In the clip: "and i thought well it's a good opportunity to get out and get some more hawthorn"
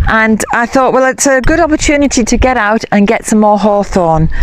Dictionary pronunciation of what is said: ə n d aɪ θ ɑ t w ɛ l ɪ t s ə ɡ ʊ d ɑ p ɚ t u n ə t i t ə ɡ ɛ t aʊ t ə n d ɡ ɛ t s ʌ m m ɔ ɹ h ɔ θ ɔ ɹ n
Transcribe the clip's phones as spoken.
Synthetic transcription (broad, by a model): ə n aɪ θ ɑ t w ɛ l ɪ t s ə ɡ ʊ d ɑ p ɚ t u n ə t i t ə ɡ ɛ t aʊ t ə n ɡ ɛ t s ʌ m m ɔ h ɔ θ ɔ n